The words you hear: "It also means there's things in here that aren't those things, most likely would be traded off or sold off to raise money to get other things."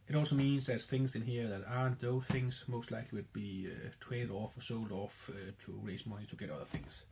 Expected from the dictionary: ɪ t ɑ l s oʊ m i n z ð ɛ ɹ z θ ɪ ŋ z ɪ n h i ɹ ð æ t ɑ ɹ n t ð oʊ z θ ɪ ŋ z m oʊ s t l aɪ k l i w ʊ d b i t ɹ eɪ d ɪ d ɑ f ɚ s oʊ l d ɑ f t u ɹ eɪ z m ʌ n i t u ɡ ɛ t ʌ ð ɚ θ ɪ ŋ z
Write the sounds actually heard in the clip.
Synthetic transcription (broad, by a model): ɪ t ɑ l s oʊ m i n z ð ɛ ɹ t θ ɪ ŋ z ɪ n h i ɹ ð æ t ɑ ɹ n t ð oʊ θ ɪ ŋ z m oʊ s t l aɪ k l i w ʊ d b i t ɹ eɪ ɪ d ɑ f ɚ s oʊ l d ɑ f t u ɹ eɪ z m ʌ n i t u ɡ ɛ t ʌ ð ɚ θ ɪ ŋ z